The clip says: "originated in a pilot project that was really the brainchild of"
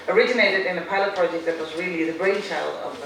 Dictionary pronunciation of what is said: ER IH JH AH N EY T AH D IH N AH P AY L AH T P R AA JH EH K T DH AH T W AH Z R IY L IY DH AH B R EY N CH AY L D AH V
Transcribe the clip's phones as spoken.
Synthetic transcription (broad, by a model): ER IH JH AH N EY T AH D IH N AH P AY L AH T P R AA JH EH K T DH AH T W AH Z R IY L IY DH AH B R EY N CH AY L AH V